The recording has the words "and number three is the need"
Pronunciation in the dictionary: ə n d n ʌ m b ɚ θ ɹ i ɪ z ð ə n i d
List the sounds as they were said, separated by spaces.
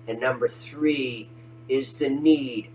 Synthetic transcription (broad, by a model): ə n n ʌ m b ɚ θ ɹ i ɪ z ð ə n i d